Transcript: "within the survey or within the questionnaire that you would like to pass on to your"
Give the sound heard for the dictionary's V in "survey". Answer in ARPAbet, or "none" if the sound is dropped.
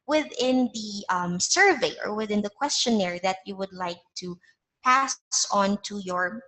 V